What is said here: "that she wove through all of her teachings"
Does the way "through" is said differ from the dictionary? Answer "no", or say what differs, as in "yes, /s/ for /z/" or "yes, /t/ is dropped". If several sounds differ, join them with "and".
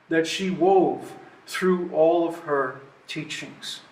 no